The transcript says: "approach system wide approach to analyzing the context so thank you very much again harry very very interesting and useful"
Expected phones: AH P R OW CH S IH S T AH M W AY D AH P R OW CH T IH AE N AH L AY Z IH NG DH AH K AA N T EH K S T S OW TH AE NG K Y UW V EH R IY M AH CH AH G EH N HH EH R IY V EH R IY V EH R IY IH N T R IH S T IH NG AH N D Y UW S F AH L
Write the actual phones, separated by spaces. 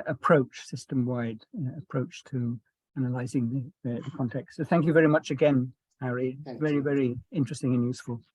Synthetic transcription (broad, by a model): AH P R OW CH S IH S T AH M W AY D AH P R OW CH T IH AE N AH L AY Z IH NG DH AH K AA N T EH K S T S OW TH AE NG K Y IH V EH R IY M AH CH AH G EH N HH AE R IY V EH R IY V EH R IY IH N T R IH S T IH NG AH N Y UW S F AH L